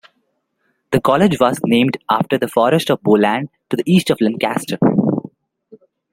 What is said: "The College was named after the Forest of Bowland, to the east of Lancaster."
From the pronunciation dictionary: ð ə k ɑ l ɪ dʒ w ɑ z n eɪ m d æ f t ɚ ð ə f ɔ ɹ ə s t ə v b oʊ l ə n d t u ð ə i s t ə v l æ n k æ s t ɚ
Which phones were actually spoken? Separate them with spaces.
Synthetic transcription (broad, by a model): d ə k ɑ l ɪ dʒ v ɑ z n eɪ m d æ f t ɚ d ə f ɔ ɹ ə s t ə v b oʊ l ə n d t u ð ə i s t ə v l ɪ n k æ s t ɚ